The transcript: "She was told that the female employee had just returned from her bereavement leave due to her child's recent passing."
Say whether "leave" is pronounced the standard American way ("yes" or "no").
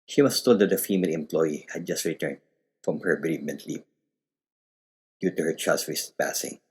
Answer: no